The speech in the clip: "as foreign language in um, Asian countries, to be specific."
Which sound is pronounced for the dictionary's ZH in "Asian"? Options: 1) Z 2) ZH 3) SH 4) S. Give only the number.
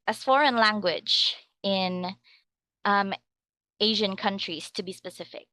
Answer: 2